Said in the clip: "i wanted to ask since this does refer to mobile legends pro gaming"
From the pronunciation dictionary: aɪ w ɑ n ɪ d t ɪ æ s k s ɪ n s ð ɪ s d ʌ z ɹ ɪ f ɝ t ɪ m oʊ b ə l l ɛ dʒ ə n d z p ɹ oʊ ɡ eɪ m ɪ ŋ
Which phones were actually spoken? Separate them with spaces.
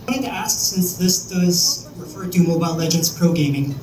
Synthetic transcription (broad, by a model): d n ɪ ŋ t ɪ æ s k s ɪ n s ð ɪ s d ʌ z ɹ ɪ f ɝ t ɪ m oʊ b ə l l ɛ dʒ ə n d z p ɹ oʊ ɡ eɪ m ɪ ŋ